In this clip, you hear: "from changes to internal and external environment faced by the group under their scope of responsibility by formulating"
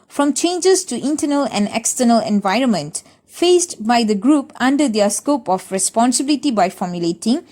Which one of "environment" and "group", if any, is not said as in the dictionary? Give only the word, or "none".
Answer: none